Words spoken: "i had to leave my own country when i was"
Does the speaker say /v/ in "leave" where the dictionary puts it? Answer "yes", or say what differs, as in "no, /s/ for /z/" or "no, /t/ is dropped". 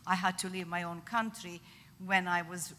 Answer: yes